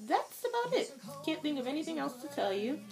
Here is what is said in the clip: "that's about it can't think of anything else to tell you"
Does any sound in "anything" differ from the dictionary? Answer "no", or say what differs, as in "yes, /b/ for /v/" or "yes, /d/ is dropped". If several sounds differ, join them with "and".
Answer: no